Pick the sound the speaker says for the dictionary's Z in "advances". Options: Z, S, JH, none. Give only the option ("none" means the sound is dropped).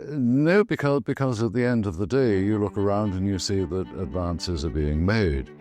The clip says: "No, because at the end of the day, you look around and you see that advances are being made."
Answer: Z